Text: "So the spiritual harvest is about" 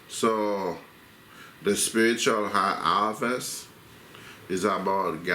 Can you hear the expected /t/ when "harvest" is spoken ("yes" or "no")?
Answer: no